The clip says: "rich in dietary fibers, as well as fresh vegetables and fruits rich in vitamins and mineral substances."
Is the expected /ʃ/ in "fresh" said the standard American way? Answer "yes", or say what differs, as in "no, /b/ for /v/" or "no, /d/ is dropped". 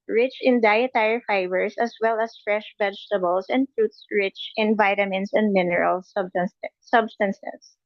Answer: yes